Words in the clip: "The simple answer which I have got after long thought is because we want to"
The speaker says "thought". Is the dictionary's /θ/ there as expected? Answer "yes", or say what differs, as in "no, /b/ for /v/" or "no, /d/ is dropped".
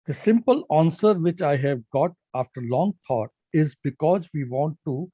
no, /t/ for /θ/